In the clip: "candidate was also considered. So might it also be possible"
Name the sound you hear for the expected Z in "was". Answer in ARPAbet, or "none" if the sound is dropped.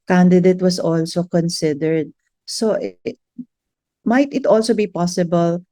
S